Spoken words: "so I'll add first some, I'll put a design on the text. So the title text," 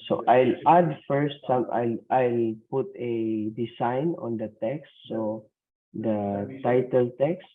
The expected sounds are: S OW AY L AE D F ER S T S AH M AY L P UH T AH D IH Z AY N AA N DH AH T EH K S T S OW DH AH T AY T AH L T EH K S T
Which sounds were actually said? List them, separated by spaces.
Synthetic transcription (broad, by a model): S OW AY L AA D F ER S T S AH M AY L P UH T AH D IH S AY N AA N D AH T EH K S T S OW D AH T AY T AH L T EH K S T